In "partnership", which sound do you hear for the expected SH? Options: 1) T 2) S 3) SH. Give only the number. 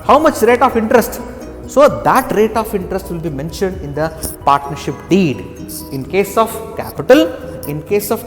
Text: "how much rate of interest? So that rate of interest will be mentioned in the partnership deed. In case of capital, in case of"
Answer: 3